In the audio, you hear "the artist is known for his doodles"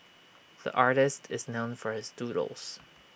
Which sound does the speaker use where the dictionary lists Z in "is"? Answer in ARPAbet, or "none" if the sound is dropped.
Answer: Z